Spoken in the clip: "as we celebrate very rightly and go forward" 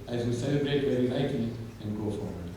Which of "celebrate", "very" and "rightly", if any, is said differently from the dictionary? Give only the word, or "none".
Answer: rightly